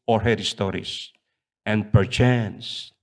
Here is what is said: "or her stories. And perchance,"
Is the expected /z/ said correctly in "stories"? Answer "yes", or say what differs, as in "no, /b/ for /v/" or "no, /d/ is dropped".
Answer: no, /s/ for /z/